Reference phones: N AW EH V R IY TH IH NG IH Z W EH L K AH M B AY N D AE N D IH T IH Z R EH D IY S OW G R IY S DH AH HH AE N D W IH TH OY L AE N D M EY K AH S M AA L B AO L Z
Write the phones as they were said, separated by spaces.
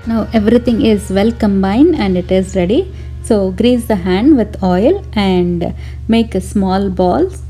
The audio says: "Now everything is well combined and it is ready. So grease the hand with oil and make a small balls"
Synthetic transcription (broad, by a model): N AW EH V R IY T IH NG IH Z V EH L K AH M B AY N D AE N D IH T IH Z R EH D IY S OW G R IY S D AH HH AE N D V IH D OY L AE N D M EY K S M AA L B AO L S